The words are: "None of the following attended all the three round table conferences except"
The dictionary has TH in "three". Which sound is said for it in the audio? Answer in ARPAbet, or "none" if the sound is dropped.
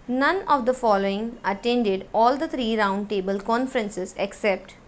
T